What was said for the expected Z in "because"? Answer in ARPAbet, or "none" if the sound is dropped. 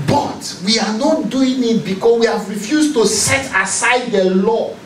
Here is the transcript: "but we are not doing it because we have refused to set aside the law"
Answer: S